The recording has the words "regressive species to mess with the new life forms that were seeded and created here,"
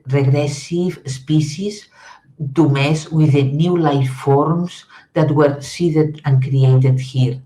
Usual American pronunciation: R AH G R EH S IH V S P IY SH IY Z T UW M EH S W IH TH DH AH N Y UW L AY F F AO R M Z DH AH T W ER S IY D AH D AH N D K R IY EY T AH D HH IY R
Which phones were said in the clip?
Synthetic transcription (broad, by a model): R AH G R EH S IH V S P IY S IY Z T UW M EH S W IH DH AH N Y UW L AY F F AO R M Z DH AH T W ER S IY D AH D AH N K R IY EY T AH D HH IY R